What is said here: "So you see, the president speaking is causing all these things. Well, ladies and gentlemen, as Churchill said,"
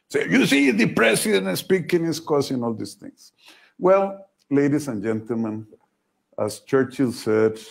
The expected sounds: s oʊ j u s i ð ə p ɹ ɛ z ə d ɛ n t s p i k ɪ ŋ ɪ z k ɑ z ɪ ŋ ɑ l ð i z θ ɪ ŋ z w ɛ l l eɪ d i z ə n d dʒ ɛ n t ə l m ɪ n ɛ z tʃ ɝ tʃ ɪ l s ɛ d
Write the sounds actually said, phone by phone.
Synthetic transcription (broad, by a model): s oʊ j u s i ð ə p ɹ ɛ s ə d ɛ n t s p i k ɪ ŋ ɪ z k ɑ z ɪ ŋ ɑ l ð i s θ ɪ ŋ s w ɛ l l eɪ d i s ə n dʒ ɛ n t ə l m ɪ n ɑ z tʃ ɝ tʃ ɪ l s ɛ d